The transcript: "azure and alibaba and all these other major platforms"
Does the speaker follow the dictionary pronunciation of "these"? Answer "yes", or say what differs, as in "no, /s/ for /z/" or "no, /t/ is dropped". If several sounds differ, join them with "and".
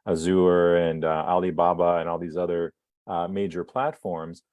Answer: yes